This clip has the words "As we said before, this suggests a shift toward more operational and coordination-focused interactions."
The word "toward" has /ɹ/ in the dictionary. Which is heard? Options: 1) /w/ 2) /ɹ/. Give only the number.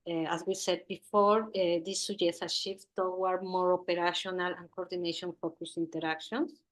1